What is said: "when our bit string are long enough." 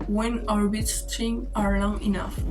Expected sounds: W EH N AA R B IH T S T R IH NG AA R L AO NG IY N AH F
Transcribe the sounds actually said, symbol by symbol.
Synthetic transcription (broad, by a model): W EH N AA R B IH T S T IH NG AA R L AO NG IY N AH F